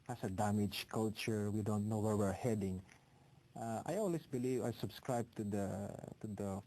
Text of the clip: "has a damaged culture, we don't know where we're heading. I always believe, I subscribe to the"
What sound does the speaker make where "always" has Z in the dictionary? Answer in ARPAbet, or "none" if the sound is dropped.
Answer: S